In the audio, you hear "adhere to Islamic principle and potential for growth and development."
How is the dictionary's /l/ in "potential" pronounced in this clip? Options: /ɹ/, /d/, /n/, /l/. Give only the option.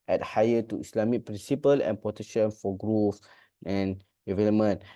/n/